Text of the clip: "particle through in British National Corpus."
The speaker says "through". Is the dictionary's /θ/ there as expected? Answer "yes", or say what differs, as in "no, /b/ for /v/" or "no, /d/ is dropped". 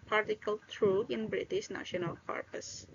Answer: no, /t/ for /θ/